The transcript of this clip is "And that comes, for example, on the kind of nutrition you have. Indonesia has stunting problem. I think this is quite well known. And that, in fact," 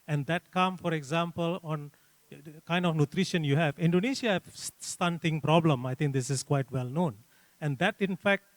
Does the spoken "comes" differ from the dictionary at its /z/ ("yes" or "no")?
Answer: yes